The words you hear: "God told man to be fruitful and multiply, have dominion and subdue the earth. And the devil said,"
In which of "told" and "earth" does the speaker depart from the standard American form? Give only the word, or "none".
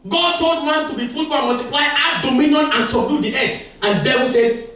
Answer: earth